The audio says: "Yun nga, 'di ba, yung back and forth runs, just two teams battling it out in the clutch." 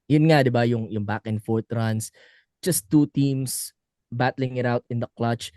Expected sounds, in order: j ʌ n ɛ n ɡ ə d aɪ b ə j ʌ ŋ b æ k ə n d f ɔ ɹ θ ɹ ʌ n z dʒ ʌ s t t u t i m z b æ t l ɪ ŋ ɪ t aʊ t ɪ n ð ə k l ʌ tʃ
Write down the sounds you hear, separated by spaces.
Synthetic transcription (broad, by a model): j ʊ n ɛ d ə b aɪ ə j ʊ ŋ b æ k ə n f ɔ ɹ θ ɹ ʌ n s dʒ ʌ s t t u t i m s b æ t l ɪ ŋ ɪ t aʊ t ɪ n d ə k l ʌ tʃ